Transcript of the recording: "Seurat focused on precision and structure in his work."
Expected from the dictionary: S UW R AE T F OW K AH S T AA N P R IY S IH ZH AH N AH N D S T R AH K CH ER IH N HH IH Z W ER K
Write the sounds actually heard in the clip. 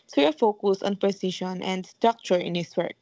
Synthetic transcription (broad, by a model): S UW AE F OW K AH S AA N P R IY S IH SH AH N AH N D S T R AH K CH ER IH N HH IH S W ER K